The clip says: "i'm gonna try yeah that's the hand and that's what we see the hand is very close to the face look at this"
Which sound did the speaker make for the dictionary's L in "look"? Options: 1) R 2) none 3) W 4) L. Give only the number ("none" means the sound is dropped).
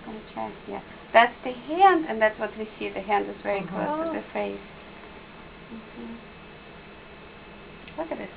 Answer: 3